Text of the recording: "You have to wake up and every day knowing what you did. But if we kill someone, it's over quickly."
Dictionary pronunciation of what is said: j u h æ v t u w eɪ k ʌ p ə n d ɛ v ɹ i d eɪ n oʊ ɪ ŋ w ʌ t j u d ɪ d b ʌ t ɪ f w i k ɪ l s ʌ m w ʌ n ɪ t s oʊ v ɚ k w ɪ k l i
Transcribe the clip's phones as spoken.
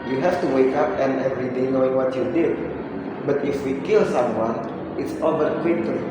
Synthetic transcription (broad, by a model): j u h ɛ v t u w eɪ k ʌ p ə n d ɛ v ɹ i d eɪ n oʊ ɪ ŋ w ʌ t j u d ɪ d b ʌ t ɪ f w i k ɪ l s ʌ m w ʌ n ɪ t s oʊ b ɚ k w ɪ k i